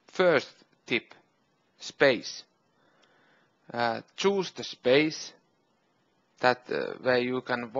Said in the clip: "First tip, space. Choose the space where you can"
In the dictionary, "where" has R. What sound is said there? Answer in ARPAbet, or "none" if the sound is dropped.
W